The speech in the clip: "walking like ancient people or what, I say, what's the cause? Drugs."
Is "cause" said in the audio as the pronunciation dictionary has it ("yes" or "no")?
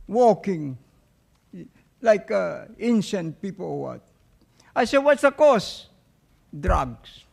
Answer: no